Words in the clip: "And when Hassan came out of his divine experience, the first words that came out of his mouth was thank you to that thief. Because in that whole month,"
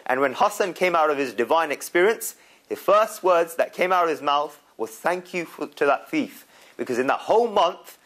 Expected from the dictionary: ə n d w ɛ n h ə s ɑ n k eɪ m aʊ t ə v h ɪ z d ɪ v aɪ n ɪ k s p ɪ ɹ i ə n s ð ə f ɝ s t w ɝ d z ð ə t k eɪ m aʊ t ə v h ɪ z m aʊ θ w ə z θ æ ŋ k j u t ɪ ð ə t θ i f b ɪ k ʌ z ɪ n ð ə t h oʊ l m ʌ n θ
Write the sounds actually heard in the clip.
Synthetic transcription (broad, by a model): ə n w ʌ n h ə s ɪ n k eɪ m aʊ t ə v ɪ z d ɪ v aɪ n ɪ k s p ɪ ɹ i ə n s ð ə f ɝ s t w ɝ d z ð ə t k eɪ m aʊ t ə v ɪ z m aʊ θ w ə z θ æ ŋ k j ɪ t ɪ ð ə t θ i f b ɪ k ʌ z ɪ n ð ə t h oʊ l m ʌ n θ